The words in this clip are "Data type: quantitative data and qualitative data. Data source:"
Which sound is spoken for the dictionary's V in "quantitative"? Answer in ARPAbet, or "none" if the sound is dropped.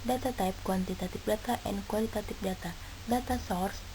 P